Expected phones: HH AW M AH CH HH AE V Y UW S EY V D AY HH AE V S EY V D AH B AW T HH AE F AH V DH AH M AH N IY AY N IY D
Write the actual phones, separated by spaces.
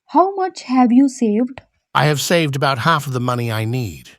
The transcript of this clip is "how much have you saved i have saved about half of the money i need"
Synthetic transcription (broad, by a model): HH AW M AH CH HH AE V Y UW S EY V D AY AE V S EY V D AH B AW T HH AE F AH V DH AH M AH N IY AY N IY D